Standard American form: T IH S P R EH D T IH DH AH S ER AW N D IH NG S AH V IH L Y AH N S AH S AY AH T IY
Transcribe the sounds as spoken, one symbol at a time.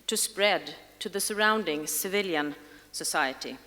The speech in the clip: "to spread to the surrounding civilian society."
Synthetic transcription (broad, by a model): T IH S P R EH D T IH DH AH S ER AW N D IH NG S AH V IH L Y AH N S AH S AY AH T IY